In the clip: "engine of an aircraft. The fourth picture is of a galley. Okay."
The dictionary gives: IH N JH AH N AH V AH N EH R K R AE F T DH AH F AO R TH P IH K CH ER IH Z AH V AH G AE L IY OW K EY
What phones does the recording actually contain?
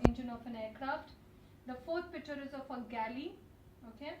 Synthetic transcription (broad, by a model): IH N JH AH N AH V AH N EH R K R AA F T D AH F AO R T P IH K CH ER IH Z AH F AH G AE L IY OW K EY